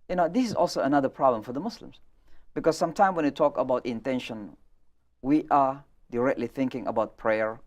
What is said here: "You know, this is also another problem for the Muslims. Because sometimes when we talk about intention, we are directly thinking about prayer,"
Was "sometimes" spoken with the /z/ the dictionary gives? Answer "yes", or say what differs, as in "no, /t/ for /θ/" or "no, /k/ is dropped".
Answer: no, /z/ is dropped